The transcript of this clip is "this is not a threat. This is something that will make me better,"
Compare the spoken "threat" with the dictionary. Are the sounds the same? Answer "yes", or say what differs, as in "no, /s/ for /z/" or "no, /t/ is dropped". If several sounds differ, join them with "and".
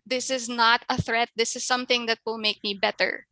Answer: yes